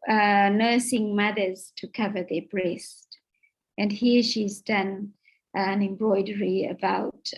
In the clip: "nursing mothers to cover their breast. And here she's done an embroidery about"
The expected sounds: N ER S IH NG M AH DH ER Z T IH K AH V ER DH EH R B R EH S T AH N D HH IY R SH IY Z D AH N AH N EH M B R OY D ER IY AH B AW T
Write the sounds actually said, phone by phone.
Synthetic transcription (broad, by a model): N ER S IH NG M AH DH ER Z T IH K AH V ER DH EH R B R EH S T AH N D HH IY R SH IY Z D AH N AH N EH M B R OY D ER IY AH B AW T